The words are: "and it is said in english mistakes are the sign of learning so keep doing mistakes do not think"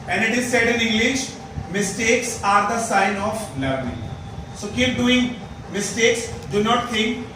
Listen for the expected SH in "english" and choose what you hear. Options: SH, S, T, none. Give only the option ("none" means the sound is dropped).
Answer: SH